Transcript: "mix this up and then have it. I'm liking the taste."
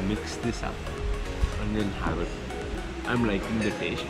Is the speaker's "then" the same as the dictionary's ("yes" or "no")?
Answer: no